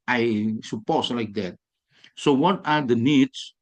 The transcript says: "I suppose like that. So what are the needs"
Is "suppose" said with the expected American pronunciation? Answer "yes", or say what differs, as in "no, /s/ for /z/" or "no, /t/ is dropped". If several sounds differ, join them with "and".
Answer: no, /s/ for /z/